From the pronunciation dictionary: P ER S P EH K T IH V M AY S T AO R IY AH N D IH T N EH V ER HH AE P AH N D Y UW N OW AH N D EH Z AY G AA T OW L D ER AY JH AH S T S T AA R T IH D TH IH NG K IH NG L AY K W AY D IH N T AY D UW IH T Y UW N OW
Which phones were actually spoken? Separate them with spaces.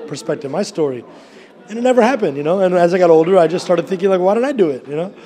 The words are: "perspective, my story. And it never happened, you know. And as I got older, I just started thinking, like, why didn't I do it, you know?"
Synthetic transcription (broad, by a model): P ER S P EH K T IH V M AY S T AO R IY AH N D IH T N EH V ER HH AE P AH N D Y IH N OW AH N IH Z AY G AA T OW L D ER AY JH AH S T S T AA R T IH D TH IH NG K IH NG L AY K W AY D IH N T AY D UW IH T Y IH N OW